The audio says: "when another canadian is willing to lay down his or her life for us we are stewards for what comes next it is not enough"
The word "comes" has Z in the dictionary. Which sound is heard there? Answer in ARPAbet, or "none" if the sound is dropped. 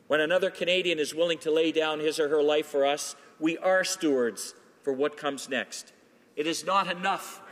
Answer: Z